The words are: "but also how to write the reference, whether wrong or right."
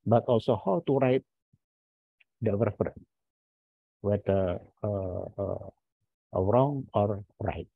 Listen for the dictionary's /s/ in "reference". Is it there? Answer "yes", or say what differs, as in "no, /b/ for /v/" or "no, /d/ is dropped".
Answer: no, /s/ is dropped